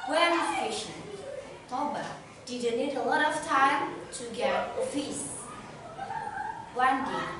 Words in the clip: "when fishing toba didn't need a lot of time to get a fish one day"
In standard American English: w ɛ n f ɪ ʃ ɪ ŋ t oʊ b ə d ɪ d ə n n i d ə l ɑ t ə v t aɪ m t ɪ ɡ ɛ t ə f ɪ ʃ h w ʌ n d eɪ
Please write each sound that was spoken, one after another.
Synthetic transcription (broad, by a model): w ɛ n p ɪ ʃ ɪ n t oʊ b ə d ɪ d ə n n i d ə l ɑ t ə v t aɪ m t ɪ ɡ ɛ t ə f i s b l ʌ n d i